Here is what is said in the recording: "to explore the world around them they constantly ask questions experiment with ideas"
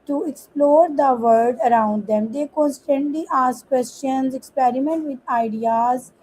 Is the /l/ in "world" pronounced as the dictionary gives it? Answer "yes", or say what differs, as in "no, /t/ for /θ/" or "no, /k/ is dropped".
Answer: no, /l/ is dropped